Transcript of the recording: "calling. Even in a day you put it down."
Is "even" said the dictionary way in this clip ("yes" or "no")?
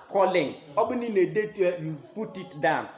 no